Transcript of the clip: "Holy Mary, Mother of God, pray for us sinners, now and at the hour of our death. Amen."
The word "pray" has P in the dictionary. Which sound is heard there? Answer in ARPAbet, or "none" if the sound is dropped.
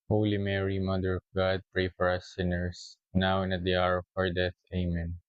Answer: P